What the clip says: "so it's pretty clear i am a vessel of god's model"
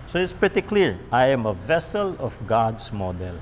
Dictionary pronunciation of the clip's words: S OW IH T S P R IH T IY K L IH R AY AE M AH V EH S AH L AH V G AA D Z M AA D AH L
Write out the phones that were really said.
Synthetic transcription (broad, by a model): S OW IH T S P R IH T IY K L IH R AY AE M AH V EH S AH L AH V G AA D S M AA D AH L